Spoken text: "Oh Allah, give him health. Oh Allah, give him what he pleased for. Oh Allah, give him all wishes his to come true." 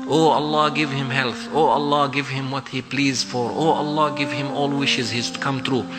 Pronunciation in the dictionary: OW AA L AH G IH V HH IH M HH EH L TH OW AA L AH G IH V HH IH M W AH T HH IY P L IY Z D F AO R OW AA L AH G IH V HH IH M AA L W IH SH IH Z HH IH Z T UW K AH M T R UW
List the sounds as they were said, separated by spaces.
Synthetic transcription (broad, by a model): OW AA L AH G IH V HH IH M HH EH L TH OW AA L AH G IH V HH IH M W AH T HH IY P L IY Z D F AO R OW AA L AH G IH V HH IH M AA L W IH SH IH Z HH IH Z T UW K AH M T R UW